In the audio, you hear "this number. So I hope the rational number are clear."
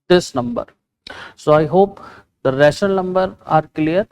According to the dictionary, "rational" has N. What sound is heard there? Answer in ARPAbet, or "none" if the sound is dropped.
none